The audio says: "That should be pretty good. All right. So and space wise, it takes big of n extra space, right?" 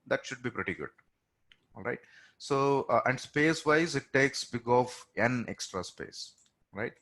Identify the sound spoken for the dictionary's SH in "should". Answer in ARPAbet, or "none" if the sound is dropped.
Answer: SH